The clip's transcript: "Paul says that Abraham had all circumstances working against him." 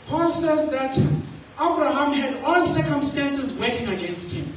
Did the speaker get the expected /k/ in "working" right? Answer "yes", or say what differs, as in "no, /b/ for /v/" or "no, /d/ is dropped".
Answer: no, /k/ is dropped